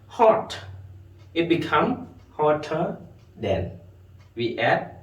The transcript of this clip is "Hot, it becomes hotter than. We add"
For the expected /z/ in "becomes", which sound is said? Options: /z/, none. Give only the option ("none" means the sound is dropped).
none